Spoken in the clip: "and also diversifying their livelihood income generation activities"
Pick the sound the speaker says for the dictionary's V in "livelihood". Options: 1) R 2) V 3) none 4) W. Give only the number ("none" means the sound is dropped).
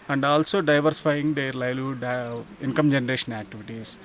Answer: 3